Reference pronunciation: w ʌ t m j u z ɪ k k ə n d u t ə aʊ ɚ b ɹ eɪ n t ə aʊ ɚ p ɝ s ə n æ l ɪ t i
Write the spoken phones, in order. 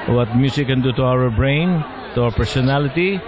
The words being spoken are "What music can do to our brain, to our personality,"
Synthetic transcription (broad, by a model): w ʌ t m j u s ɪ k k ə n d u t ə aʊ ɚ b ɹ eɪ n t ə aʊ ɚ p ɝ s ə n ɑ l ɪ t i